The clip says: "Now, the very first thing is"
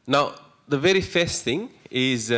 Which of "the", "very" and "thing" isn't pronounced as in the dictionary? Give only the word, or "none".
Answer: none